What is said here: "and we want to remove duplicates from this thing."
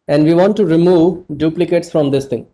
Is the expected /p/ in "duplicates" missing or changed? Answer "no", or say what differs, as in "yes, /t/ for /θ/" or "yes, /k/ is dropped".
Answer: no